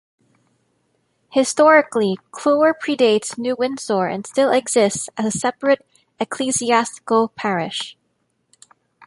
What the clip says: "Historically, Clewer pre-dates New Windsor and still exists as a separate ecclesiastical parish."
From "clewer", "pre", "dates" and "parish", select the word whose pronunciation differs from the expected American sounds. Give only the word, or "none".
none